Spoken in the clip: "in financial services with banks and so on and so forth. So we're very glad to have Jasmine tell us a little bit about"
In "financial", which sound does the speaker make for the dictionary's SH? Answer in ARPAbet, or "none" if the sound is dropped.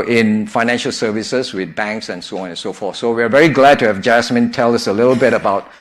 SH